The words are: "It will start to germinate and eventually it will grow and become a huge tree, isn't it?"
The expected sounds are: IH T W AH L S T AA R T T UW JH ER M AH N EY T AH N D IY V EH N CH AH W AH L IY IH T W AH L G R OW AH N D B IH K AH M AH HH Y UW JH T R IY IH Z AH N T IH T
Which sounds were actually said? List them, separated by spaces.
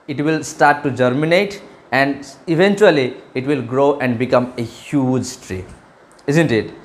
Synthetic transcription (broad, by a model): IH T W AH L S T AA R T T UW JH ER M AH N EY T AH N D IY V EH N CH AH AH L IY IH T W AH L G R OW AH N D B IH K AH M AH HH Y UW JH T R IY IH Z AH N T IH T